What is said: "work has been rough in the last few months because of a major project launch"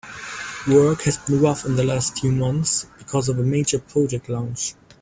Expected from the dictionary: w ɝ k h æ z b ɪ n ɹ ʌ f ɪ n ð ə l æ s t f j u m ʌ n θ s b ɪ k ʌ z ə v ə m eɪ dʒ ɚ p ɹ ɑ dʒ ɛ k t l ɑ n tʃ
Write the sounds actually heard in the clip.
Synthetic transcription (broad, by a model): w ɝ k h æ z b ɪ n ɹ ʌ f ɪ n ð ə l æ s t f j u m ʌ n θ s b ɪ k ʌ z ə v ə m eɪ dʒ ɚ p ɹ ɑ dʒ ɛ k t l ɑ n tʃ